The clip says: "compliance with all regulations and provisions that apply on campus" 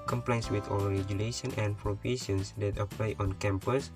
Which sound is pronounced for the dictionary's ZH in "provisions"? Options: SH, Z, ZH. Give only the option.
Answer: SH